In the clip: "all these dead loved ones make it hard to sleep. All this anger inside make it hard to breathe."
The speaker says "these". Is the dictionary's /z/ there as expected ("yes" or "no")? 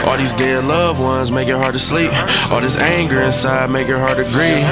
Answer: yes